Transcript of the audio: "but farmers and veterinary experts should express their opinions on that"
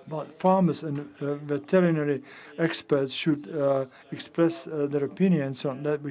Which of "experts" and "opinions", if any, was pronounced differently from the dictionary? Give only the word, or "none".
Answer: opinions